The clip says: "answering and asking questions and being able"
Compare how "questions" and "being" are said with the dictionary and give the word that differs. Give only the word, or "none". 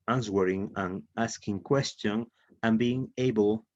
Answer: questions